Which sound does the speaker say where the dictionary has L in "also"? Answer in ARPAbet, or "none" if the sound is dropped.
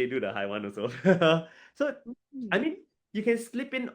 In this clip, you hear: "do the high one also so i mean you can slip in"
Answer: none